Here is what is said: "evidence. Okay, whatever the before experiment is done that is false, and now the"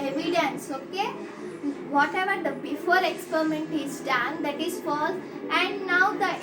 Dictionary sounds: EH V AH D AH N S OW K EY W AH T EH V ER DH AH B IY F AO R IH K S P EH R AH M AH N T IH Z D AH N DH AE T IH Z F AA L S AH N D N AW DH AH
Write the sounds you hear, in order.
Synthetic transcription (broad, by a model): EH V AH D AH N S OW K EY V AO T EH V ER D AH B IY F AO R IH K S P EH R AH M AH N T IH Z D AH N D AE T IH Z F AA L AH N D N AW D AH